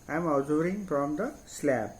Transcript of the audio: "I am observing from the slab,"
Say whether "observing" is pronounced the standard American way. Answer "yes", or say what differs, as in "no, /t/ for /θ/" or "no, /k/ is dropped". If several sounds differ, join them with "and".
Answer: no, /b/ is dropped